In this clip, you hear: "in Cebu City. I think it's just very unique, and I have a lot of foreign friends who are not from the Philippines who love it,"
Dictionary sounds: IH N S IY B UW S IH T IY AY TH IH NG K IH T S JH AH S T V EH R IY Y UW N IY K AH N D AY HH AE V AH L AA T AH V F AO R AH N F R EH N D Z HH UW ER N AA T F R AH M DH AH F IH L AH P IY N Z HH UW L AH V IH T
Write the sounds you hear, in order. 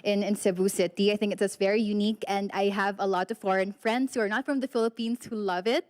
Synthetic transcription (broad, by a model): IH N S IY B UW S IH T IY AY TH IH NG K IH T S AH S V EH R IY Y UW N IY K AH N D AY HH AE V AH L AA T AH V F AO R AH N F R EH N D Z HH UW ER N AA T F R AH M DH AH F IH L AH P IY N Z HH UW L AH V IH T